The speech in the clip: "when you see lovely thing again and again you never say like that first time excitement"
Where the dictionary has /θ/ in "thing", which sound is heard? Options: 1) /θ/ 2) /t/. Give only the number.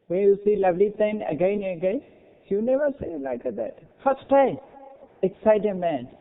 2